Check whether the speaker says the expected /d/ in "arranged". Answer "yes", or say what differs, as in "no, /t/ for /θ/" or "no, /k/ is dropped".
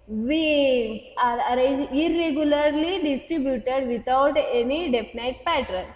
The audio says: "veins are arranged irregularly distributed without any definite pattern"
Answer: no, /d/ is dropped